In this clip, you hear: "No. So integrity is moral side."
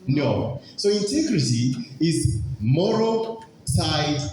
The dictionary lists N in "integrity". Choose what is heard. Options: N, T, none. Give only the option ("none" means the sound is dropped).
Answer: none